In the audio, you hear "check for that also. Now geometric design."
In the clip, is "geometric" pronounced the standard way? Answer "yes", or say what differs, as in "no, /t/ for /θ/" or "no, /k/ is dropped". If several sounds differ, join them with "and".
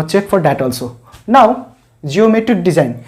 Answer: no, /ɹ/ is dropped